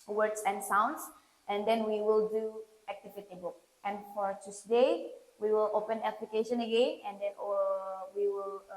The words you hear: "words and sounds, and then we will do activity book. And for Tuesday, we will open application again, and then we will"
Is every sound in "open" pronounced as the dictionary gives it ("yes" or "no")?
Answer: yes